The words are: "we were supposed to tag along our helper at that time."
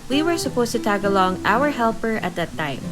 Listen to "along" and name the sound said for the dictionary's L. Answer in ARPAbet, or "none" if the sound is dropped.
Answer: L